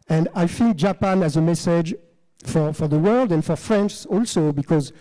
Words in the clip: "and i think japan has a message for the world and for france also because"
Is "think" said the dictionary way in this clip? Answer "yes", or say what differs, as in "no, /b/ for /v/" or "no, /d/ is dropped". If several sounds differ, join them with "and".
no, /f/ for /θ/